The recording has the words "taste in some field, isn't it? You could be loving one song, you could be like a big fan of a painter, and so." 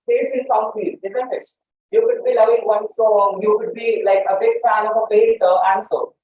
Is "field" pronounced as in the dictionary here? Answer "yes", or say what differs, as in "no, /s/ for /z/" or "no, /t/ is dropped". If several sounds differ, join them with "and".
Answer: no, /l/ is dropped